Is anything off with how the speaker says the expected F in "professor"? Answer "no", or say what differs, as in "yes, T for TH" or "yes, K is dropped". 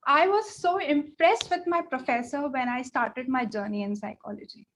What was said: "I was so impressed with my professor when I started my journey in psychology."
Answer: no